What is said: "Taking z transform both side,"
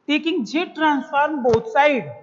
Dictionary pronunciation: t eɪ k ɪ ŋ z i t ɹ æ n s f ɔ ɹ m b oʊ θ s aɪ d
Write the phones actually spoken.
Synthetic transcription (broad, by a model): t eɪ k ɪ ŋ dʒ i t ɹ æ n s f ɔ ɹ m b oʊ t s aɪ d